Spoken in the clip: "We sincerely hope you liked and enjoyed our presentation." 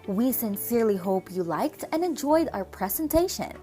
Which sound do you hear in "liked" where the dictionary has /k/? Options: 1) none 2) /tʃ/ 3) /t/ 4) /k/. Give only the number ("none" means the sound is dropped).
4